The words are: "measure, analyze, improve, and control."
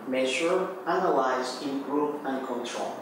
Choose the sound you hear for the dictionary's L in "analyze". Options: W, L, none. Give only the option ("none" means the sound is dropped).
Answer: W